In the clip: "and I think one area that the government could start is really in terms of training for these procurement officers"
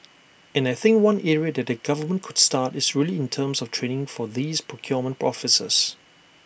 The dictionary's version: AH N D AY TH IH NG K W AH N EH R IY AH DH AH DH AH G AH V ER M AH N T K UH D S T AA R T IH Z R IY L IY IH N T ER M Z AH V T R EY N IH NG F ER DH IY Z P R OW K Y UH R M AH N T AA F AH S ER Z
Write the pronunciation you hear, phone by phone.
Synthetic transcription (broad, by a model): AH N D AY TH IH NG K W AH N EH R IY AH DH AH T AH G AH V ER M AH N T K UH D S T AA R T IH S R IY L IY IH N T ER M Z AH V T R EY N IH NG F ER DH IY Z P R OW K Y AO M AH N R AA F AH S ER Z